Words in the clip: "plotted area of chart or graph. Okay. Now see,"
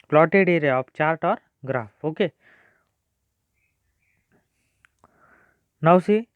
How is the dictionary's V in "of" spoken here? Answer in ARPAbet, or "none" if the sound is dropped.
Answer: P